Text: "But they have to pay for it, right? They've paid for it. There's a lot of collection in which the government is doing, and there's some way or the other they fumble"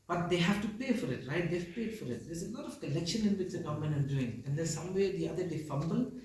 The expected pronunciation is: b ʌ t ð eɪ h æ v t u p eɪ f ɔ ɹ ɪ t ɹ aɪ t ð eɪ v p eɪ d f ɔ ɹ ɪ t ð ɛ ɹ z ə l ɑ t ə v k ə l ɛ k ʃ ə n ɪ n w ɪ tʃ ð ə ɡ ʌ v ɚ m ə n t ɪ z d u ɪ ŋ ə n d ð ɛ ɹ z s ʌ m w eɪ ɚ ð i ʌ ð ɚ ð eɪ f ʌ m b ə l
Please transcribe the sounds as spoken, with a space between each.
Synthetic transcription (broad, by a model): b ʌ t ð eɪ h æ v t u p eɪ f ɔ ɹ ɪ t ɹ aɪ t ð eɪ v p eɪ d f ɔ ɹ ɪ t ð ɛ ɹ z ə l ɑ t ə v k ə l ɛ k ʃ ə n ɪ n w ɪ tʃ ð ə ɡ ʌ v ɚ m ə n ɪ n d u ɪ ŋ ə n d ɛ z s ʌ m w eɪ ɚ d i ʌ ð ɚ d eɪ f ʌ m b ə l